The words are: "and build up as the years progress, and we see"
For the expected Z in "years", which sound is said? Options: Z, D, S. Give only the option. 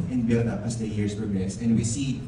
S